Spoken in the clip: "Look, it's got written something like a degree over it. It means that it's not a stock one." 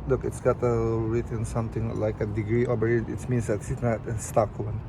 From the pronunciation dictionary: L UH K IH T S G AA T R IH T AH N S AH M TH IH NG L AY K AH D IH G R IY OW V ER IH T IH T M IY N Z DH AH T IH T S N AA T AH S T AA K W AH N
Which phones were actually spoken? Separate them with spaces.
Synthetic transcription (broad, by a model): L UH K IH T S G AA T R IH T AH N S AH M T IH NG L AY K AH D IH G R IY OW B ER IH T IH T M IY N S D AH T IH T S N AA T AH S T AA K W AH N